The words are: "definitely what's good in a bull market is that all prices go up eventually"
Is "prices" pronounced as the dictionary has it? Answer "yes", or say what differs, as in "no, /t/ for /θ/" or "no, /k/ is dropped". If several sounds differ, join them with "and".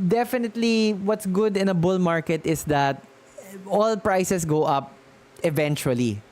no, /s/ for /z/